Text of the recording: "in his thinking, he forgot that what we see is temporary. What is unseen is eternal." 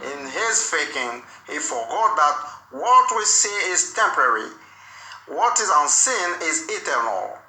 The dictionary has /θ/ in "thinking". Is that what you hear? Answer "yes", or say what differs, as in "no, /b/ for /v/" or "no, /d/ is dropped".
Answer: no, /f/ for /θ/